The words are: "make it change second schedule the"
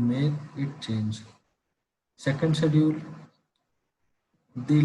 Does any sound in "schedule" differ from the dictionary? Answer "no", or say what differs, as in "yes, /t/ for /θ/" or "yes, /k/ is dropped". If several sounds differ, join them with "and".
yes, /k/ is dropped